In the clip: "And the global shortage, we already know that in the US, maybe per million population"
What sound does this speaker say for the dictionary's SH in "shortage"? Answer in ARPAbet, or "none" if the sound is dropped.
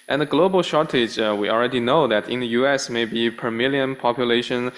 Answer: SH